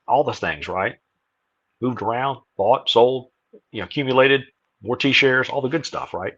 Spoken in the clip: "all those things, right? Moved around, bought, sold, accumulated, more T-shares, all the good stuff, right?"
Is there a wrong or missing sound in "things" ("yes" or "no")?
no